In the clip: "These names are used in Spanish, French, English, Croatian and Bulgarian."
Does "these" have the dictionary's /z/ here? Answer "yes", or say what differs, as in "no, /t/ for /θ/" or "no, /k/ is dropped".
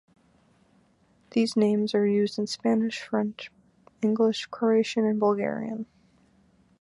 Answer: yes